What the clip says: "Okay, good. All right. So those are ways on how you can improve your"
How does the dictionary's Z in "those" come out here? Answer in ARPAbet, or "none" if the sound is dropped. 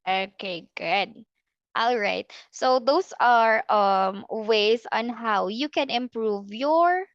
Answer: S